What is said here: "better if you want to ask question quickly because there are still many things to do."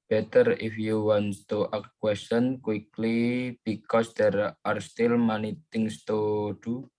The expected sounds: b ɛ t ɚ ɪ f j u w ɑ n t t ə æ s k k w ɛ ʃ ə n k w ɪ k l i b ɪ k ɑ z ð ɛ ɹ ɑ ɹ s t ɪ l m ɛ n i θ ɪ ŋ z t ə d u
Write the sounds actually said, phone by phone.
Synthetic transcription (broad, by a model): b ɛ t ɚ ɪ f j u w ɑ n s t ə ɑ k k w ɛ s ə n k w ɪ k l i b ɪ k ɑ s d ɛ ɹ ɑ ɹ s t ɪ l m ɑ n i t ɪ ŋ s t ə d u